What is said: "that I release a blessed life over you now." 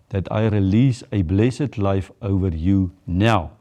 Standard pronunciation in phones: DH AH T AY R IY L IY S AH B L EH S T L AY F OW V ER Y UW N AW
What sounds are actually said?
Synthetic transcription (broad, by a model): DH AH T AY R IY L IY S AH B L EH S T L AY F OW V ER Y UW N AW